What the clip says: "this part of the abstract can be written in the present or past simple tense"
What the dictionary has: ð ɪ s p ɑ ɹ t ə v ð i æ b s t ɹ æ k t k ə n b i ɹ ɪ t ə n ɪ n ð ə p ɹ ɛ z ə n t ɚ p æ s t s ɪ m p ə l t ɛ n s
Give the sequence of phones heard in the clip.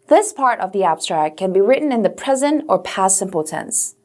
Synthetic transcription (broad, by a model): ð ɪ s p ɑ ɹ t ə v ð i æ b s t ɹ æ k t k ə n b i ɹ ɪ t n ɪ n ð ə p ɹ ɛ z ə n t ɚ p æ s s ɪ m p l t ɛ n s